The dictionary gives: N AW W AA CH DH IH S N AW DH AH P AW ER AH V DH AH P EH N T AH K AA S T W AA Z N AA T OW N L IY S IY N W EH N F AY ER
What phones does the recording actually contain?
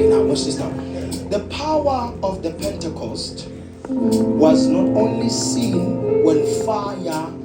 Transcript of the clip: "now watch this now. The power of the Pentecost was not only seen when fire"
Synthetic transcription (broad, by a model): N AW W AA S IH S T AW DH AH P AW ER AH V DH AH P EH N T AH K AA S T W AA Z N AA T OW N L IY S IY N W EH N F AY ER